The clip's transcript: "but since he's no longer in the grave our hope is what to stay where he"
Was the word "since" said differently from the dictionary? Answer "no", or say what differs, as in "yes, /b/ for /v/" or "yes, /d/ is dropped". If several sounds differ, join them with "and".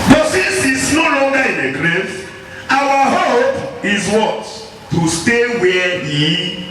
yes, /n/ is dropped